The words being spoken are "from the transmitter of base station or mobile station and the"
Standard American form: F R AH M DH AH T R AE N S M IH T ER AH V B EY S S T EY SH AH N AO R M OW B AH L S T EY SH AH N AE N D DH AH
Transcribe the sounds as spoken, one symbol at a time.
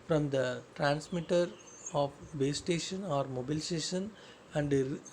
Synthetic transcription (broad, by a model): F R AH M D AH T R AE N S M IH T ER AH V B EY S S T EY SH AH N AO R M OW B AH L S T EY SH AH N AE N D